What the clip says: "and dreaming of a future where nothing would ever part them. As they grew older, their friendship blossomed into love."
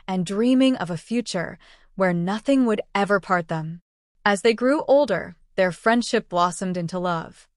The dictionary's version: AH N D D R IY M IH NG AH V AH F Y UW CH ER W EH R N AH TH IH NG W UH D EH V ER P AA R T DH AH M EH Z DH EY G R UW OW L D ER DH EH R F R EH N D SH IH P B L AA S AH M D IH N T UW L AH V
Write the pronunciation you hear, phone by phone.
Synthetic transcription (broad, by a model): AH N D D R IY M IH NG AH V AH F Y UW CH ER W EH R N AH TH IH NG W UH D EH V ER P AA R T DH AH M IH Z DH EY G R UW OW L D ER DH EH R F R EH N D SH IH P B L AA S AH M D IH N T UW L AH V